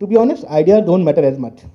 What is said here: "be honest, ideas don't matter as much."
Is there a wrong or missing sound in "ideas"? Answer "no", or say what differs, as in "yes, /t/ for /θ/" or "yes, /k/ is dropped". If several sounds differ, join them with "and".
yes, /z/ is dropped